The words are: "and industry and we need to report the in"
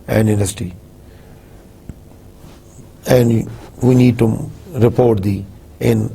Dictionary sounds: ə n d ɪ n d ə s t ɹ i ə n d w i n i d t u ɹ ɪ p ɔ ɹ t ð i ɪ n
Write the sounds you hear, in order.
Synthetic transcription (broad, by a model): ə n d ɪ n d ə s t i ə n d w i n i d t u ɹ ɪ p ɔ ɹ t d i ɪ n